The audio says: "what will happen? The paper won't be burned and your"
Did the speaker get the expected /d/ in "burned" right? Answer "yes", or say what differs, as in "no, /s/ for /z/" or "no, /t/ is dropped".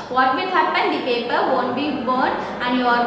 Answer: no, /d/ is dropped